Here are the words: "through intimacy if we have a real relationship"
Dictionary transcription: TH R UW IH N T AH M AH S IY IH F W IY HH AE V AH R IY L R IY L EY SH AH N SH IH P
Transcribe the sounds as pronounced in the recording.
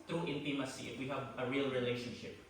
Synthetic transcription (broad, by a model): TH R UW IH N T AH M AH S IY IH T W IY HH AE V AH R IY L R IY L EY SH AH N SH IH P